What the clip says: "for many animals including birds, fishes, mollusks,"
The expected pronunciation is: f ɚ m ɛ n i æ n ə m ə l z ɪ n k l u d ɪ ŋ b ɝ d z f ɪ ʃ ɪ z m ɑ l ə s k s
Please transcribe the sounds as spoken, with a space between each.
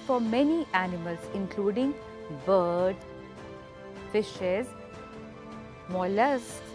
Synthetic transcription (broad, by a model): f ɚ m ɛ n i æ n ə m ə l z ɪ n k l u d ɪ ŋ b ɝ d f ɪ ʃ ɪ z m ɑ l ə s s